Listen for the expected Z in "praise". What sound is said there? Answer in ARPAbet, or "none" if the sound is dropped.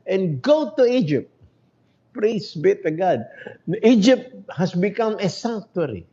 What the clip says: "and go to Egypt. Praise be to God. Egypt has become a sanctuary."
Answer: S